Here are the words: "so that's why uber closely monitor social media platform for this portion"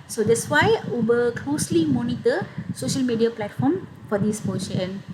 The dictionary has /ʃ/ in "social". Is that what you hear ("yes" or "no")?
yes